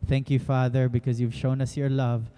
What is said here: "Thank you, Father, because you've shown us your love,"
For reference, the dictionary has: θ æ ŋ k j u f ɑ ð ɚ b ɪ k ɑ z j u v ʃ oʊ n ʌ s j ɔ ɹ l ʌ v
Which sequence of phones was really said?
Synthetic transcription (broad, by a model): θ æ ŋ k j u f ɑ ð ɚ b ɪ k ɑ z j u v ʃ oʊ n ʌ s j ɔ ɹ l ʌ v